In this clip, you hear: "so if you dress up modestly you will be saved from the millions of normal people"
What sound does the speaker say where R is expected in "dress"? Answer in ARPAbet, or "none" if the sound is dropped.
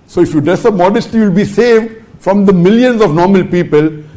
none